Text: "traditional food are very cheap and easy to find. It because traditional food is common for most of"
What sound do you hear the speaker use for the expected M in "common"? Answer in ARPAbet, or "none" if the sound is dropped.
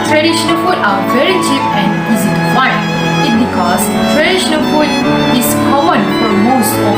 none